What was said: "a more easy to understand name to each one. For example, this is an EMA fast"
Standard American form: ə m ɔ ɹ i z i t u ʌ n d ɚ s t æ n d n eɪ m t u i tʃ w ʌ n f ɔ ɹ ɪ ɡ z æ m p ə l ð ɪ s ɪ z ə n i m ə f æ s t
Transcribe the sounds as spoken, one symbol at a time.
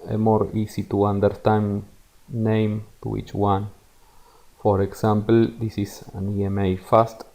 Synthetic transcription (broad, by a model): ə m ɔ ɹ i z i t u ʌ n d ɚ t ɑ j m n eɪ m t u i tʃ w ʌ n f ɔ ɹ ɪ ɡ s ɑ m p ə l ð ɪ s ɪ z ə n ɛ m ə f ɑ s t